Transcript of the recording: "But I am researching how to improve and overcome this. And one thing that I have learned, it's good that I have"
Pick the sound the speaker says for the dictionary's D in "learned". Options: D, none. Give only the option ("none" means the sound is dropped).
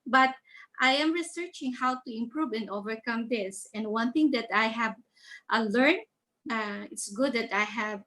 none